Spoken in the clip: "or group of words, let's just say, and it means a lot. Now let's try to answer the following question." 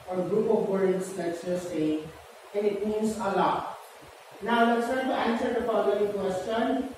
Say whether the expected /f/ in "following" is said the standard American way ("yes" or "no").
no